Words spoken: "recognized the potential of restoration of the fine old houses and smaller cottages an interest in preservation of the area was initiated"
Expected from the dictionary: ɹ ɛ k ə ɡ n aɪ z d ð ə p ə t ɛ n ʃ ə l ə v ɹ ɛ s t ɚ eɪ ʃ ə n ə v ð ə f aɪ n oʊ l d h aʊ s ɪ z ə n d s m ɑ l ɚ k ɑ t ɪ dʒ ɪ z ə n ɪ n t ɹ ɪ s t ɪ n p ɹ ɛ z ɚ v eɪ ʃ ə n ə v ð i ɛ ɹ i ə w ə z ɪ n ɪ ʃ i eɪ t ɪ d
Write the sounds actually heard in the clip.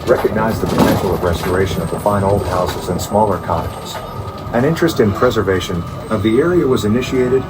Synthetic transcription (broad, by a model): ɹ ɛ k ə ɡ n aɪ z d ð ə p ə t ɛ n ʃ l ə v ɹ ɛ s t ɚ eɪ ʃ ə n ə v ð ə f aɪ n oʊ l d h aʊ s ɪ z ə n s m ɑ l ɚ k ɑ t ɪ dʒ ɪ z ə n ɪ n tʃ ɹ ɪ s t ɪ n p ɹ ɛ z ɚ v eɪ ʃ ə n ə v ð i ɛ ɹ i ə w ə z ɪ n ɪ ʃ i eɪ t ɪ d